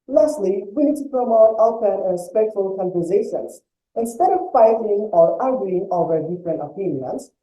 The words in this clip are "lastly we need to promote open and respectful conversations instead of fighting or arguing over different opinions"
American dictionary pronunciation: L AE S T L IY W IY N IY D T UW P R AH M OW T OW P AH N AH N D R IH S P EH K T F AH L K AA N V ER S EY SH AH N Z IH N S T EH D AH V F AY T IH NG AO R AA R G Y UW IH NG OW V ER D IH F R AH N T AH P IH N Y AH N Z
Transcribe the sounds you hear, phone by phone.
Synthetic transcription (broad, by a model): L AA S T L IY W IY N IY D T UW P R AH M OW T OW AH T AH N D R IH S P EH K T F AH L K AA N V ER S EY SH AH N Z IH N S T EH D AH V F AY T IH NG AO R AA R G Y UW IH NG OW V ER D IH F R AH N T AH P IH N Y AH N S